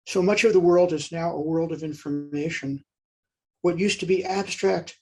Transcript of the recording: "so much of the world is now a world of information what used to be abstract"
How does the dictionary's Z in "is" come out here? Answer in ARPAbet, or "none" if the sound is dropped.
Z